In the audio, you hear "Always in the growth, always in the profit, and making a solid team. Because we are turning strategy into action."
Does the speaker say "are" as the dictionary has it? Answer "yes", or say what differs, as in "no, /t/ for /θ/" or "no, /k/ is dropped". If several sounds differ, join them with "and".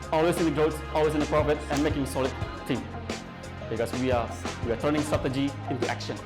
no, /w/ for /ɹ/